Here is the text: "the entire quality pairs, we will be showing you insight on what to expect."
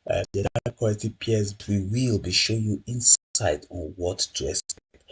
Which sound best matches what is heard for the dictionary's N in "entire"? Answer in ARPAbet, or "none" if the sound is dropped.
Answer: none